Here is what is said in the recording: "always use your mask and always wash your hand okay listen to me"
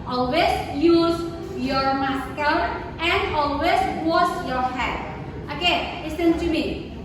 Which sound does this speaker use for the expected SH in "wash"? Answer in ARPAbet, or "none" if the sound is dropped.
S